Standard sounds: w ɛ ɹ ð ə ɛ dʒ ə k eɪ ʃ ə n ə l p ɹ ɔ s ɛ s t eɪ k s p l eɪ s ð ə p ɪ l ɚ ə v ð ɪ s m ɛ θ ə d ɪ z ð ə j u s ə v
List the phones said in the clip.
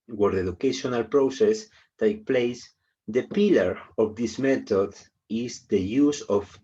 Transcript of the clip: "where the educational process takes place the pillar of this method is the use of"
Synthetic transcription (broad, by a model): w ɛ ɹ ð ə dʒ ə k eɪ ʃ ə n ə l p ɹ ɔ s ɛ s t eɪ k p l eɪ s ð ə p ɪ l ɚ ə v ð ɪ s m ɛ t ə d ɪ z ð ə j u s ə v